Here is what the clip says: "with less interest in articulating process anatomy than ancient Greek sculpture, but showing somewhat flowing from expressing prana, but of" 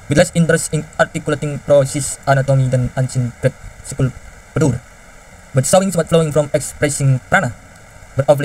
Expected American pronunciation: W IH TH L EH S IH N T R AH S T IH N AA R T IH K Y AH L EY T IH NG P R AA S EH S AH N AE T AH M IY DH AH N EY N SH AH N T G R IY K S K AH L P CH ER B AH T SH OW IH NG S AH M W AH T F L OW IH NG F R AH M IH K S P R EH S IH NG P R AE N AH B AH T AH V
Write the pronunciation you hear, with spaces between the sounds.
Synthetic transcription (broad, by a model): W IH L EH S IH N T R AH S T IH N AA R T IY K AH L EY T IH NG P R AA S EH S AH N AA T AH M IY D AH N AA N S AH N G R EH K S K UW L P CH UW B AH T S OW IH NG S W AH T F L OW IH NG F R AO M IH K S P R EH S IH NG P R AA N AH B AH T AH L